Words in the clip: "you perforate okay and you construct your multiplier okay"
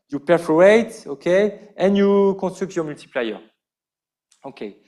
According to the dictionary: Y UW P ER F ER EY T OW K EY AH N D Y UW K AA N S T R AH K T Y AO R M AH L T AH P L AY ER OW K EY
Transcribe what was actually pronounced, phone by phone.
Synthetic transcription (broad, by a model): Y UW P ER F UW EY T OW K EY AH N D Y UW K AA S T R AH K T Y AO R M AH L T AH P L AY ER OW K EY